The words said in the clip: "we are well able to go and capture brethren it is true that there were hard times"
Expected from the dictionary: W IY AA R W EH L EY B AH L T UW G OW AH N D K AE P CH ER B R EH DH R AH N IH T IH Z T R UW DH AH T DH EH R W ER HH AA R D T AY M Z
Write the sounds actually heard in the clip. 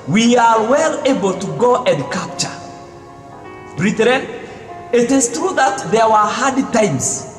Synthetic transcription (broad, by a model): W IY AA R W EH L EY B AH L T UW G OW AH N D K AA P CH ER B R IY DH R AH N IH T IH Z T R UW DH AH T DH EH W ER HH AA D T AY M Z